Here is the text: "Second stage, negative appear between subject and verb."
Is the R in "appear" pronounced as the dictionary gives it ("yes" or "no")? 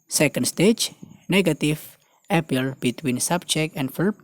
no